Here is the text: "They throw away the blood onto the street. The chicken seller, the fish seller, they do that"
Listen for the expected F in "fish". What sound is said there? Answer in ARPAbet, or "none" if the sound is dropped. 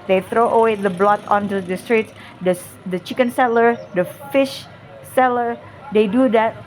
F